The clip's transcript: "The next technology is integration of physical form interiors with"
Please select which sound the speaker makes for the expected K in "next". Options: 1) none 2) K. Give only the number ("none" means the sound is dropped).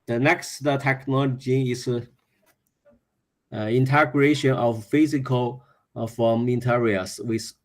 2